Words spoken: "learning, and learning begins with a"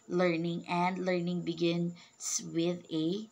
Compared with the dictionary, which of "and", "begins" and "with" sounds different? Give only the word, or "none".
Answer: begins